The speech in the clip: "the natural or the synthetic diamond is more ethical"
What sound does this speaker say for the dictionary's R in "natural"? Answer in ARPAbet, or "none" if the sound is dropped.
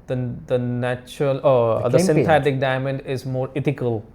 R